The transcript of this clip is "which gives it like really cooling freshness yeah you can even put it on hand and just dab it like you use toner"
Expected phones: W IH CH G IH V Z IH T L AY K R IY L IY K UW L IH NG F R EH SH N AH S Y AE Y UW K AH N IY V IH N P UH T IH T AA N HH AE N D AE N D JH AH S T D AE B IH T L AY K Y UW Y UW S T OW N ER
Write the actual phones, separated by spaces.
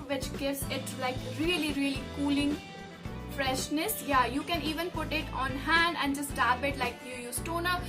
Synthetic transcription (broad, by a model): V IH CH G IH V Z IH T L AY K R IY L IY K UW L IH NG F R EH SH N AH S Y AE Y UW K AH N IY V IH N P UH T IH T AA N HH AE N D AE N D JH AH S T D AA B IH T L AY K Y UW Y UW S T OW N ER